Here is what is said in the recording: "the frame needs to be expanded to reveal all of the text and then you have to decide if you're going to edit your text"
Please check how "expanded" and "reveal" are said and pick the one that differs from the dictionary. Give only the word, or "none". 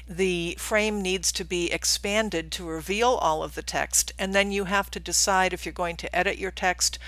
none